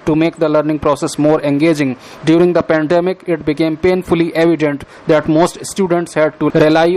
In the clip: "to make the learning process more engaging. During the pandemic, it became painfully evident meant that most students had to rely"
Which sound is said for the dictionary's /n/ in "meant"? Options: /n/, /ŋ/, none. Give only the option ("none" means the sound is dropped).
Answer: none